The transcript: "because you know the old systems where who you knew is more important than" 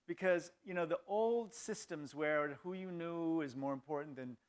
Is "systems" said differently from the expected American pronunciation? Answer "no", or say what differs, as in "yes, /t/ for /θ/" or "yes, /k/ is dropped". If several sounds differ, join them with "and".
no